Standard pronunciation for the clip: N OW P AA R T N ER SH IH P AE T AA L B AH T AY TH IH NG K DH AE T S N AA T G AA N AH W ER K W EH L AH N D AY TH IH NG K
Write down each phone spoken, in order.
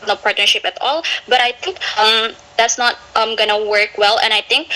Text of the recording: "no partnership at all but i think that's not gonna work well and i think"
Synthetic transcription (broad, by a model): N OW P AA R T N ER SH IH P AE T AA L B AH T AY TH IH NG K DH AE T S N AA T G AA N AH W ER K W EH L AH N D AY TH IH NG K